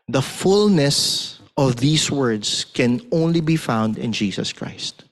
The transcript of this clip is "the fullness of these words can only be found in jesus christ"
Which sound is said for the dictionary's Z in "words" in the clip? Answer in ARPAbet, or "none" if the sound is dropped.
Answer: S